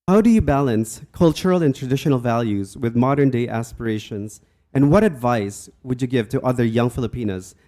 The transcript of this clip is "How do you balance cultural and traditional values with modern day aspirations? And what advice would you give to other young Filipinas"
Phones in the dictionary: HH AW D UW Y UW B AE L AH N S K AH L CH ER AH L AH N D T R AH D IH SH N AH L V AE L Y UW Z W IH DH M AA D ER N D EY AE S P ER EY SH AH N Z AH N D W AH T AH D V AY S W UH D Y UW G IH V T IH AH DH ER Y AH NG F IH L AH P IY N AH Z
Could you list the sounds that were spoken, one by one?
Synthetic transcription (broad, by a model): HH AW D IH Y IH B AE L AH N S K AH L CH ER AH L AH N T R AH D IH SH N L V AE L Y UW Z W IH DH M AA D ER N D EY AE S P ER EY SH AH N Z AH N W AH T AH D V AY S W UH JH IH G IH V T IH AH DH ER Y AH NG F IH L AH P IY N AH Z